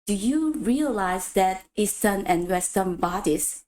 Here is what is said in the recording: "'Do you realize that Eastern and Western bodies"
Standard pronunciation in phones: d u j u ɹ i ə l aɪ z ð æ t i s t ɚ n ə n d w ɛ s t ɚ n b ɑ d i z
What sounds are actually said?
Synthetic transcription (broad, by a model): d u j u ɹ i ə l aɪ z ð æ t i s s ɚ n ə n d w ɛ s s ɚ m b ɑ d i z